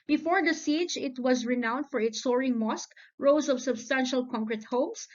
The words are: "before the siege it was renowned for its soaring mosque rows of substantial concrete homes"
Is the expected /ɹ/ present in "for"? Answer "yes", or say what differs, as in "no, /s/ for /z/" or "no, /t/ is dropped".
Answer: yes